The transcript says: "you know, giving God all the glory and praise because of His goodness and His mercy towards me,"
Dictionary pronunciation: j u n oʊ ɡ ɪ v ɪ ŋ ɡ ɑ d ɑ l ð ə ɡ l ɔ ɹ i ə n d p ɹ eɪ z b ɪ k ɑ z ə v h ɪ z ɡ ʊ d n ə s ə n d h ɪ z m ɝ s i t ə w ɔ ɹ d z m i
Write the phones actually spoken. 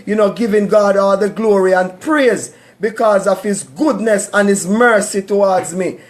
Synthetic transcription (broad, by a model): j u n oʊ ɡ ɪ v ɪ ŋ ɡ ɑ d ɑ l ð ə ɡ l ɔ ɹ i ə n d p ɹ eɪ z b ɪ k ɑ z ə v h ɪ z ɡ ʊ d n ə s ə n h ɪ z m ɝ s i t ə w ɔ ɹ d z m i